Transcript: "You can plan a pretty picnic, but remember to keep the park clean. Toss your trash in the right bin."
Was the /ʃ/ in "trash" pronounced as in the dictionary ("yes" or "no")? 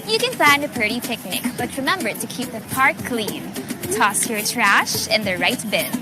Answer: yes